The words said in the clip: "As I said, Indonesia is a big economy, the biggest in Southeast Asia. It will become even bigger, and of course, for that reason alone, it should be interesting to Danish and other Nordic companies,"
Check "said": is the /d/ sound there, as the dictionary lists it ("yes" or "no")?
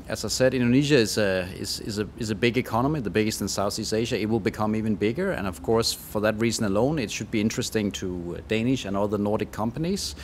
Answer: yes